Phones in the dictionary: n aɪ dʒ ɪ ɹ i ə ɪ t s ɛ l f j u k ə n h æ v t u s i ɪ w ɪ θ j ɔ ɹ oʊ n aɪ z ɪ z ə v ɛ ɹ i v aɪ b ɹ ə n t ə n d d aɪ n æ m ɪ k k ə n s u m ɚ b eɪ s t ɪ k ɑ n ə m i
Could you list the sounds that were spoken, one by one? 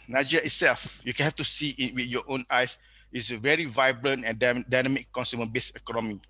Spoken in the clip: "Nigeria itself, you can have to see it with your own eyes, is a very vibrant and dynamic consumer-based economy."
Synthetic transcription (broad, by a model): n aɪ dʒ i ɹ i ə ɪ t s ɛ l f j u k ə n h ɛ f t u s i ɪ w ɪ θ j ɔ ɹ oʊ n aɪ s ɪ s ə v ɛ ɹ i v aɪ b ɹ ə n t ə n d d aɪ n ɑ m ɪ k k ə n s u m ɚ b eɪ s ɪ k ɑ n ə m i